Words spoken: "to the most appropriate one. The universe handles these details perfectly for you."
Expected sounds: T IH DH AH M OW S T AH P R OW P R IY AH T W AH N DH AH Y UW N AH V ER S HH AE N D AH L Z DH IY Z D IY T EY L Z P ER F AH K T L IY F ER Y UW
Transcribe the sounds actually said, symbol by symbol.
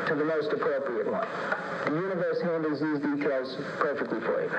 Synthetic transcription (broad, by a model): T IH DH AH M OW S T AH P R OW P R IY AH T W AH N DH AH Y UW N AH V ER S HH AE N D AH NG Z DH IY Z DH IY T EY L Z P ER F AH K T L IY F ER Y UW